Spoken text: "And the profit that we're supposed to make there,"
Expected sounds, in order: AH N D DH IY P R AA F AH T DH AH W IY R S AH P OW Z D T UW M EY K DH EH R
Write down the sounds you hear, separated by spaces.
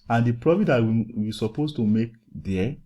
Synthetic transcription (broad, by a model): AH N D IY P R AA F AH T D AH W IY W S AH P OW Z T UW M EY K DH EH